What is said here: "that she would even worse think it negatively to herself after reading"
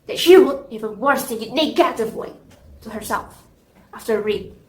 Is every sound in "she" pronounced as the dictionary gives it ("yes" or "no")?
yes